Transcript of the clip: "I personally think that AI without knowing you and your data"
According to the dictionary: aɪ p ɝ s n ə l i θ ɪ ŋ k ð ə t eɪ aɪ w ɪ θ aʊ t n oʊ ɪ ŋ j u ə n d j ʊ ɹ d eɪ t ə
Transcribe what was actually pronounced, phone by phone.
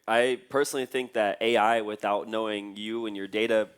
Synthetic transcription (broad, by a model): aɪ p ɝ s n l i θ ɪ ŋ k ð ə t eɪ aɪ w ɪ θ aʊ t n oʊ ɪ ŋ j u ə n j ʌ ɹ d eɪ t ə